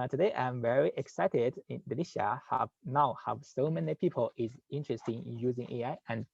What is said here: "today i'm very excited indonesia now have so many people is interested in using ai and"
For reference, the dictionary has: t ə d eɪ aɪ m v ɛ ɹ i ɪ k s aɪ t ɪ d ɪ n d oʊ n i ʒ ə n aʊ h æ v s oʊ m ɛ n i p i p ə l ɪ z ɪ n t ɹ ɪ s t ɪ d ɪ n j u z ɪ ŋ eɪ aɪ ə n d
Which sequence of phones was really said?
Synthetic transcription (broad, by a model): t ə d eɪ aɪ m v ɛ ɹ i ɪ k s aɪ t ɪ d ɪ n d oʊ l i ʃ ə n aʊ h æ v s oʊ m ɛ n i p i p ə l ɪ z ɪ n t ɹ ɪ s t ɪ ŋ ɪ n j u z ɪ ŋ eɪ aɪ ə n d